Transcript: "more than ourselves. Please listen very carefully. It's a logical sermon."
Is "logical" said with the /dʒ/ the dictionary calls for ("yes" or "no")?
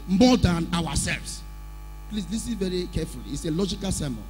yes